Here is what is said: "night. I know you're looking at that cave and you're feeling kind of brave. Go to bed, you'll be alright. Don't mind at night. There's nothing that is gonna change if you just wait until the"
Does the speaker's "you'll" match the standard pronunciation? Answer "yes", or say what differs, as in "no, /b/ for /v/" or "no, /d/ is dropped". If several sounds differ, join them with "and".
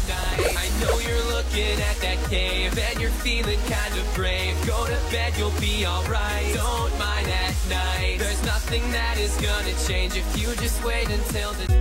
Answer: yes